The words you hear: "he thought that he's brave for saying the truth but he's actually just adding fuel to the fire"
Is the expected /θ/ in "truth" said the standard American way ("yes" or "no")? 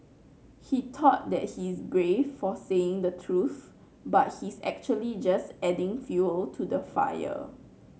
yes